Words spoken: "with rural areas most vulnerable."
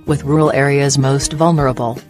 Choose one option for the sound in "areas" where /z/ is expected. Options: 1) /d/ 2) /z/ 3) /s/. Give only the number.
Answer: 2